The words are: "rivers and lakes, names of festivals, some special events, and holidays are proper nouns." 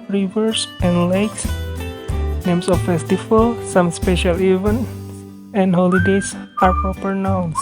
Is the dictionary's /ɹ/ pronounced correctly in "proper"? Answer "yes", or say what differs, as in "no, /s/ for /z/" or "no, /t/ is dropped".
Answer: no, /ɹ/ is dropped